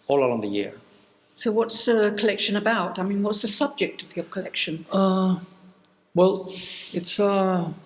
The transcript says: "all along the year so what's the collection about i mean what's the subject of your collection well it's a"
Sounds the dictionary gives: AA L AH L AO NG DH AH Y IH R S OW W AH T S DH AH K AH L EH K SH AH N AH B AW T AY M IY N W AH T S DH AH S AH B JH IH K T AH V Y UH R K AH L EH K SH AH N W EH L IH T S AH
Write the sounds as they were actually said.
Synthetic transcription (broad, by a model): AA L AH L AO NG DH AH Y IH R S OW W AH T S DH AH K AH L EH K SH AH N AH B AW T AY M IY N W AH T S DH AH S AH B JH IH K T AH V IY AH K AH L EH K SH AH N W EH L IH T S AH